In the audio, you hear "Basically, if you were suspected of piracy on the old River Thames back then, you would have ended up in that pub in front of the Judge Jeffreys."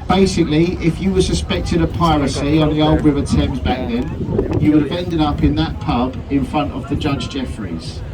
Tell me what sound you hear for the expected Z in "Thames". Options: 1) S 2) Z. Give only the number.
2